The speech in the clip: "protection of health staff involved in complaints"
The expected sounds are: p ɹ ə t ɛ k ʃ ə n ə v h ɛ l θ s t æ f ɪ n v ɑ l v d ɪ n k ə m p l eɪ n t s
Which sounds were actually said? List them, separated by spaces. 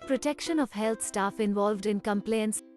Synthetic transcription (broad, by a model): p ɹ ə t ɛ k ʃ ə n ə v h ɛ l t s t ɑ f ɪ n v ɑ l v d ɪ n k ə m p l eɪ n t s